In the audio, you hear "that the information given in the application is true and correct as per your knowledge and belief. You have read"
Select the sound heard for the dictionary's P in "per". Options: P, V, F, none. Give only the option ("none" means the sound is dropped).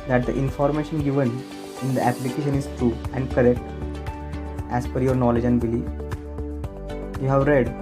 F